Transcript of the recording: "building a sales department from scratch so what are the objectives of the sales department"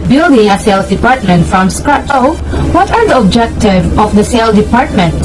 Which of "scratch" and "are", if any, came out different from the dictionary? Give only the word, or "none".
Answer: scratch